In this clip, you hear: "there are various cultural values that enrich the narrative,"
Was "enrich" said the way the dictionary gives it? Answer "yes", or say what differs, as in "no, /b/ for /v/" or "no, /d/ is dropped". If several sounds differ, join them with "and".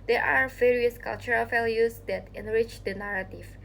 yes